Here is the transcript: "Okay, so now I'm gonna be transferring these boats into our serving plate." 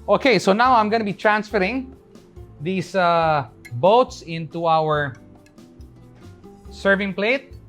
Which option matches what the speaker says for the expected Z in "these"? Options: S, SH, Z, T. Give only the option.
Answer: S